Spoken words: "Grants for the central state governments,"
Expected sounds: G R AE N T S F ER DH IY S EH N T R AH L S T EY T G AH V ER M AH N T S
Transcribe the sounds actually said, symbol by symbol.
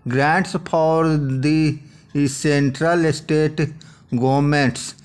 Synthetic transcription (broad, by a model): G R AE N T S P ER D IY S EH N T R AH L S T EY T G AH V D M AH N T S